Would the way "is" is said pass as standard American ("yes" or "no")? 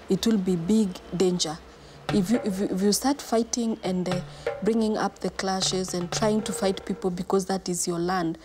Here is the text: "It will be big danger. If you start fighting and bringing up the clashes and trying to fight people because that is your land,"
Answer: yes